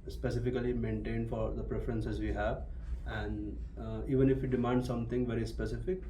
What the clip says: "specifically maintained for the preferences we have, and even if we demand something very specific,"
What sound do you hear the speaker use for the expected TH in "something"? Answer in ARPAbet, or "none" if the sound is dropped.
T